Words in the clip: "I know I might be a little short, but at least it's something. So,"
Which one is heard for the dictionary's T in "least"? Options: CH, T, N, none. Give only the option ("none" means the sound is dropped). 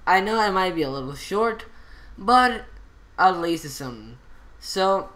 none